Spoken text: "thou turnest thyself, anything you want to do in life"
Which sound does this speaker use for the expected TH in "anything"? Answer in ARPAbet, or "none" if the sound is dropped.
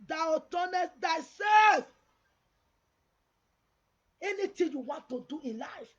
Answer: T